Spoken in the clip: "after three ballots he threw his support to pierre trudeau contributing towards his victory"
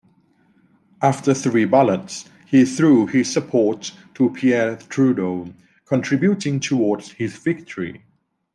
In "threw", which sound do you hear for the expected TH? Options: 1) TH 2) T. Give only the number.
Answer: 1